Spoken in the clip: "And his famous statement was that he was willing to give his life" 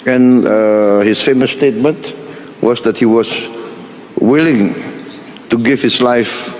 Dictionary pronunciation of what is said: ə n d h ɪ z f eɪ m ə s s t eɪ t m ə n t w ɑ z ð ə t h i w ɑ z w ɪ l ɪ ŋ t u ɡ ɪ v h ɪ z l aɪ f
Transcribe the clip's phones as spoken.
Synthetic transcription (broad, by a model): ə n h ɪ s f eɪ m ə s s t eɪ t m ə n t w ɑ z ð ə t h i w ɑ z w ɪ l ɪ ŋ t u ɡ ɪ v h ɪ s l aɪ f